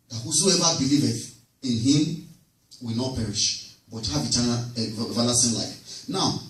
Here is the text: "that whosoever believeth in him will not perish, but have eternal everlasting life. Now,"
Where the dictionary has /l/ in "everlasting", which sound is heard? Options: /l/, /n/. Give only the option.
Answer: /n/